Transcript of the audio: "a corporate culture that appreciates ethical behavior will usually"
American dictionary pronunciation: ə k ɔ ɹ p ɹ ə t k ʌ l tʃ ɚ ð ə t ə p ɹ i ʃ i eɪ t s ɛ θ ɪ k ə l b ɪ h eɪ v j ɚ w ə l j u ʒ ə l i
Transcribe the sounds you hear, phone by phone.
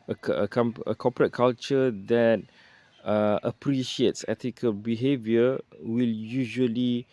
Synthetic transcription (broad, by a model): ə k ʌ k p ɹ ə t k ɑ l tʃ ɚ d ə t ə p ɹ i ʃ i eɪ t s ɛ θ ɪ k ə l b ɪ h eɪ v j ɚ w ə l j u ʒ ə l i